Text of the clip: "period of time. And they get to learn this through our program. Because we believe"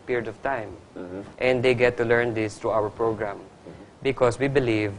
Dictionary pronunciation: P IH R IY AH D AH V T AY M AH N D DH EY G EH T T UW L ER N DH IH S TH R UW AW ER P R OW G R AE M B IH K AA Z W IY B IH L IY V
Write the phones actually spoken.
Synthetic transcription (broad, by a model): P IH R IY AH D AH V T AY M AH N D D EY G EH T T UW L ER N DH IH S T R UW AW ER P R OW G R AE M B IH K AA S W IY B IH L IY V